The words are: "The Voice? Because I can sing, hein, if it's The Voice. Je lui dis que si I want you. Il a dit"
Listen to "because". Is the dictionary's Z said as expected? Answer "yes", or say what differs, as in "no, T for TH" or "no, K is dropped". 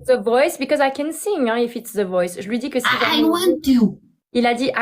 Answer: yes